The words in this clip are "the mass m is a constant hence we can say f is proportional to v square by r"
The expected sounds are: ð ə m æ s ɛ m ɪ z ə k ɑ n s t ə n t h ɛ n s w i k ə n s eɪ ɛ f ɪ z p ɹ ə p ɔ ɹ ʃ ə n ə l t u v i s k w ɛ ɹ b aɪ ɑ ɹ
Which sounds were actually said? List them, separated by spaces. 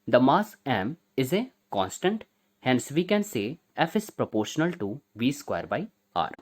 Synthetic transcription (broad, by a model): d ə m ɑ s ɛ m ɪ z ə k ɑ n s t ə n t h ɛ n s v i k ə n s eɪ ɛ f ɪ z p ɹ ə p ɔ ɹ ʃ ə n ə l t u v i s k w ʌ ɹ b aɪ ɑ ɹ